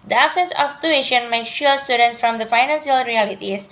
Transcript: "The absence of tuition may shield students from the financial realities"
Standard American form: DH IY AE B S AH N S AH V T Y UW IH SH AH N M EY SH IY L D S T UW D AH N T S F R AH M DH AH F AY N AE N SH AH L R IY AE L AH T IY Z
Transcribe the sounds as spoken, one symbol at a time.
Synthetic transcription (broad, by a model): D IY AE B S AH N S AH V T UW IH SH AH N M EY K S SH S T UW D AH N T S F R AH M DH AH F AY N AE N SH AH L R IY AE L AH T IY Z